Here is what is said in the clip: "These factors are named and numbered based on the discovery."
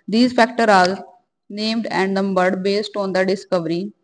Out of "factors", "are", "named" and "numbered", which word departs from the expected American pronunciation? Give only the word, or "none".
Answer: factors